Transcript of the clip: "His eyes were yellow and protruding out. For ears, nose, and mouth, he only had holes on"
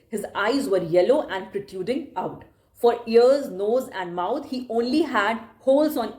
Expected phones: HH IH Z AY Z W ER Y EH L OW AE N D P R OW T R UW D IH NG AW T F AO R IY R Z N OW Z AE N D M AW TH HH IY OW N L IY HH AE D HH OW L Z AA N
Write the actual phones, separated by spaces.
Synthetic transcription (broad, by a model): HH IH Z AY Z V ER Y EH L OW AE N D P R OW T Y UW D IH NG AW T F AO R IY R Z N OW Z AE N D M AW T HH IY OW N L IY HH AE D HH OW L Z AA N